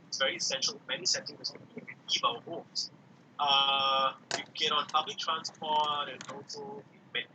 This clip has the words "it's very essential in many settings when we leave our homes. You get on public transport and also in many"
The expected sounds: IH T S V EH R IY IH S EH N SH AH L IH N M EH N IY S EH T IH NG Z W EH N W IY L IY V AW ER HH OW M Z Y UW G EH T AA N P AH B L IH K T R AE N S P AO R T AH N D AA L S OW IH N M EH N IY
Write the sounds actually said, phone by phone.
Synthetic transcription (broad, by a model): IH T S V EH R IY IH S EH N SH AH L M EH N IY S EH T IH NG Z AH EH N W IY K IY P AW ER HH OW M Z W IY G EH T AA N P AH B L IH K T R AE N S P AO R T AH N AA L S OW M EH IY